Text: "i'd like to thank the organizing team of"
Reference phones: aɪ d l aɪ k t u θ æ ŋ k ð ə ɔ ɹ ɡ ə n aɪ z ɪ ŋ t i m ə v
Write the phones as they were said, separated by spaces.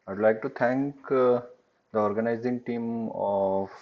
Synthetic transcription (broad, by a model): aɪ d l aɪ k t u t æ ŋ k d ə ɔ ɹ ɡ ə n aɪ z ɪ ŋ t i m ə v